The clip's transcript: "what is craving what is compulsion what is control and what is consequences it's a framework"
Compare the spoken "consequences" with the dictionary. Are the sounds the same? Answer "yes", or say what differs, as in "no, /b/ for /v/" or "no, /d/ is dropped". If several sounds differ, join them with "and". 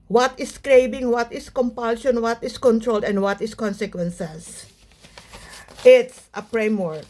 no, /s/ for /z/